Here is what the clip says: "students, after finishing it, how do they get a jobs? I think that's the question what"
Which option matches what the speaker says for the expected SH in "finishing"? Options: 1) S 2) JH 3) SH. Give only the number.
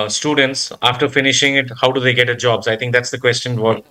3